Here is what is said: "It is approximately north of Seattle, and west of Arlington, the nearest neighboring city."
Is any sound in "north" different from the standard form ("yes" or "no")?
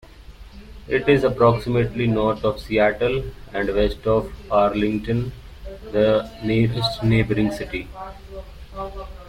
yes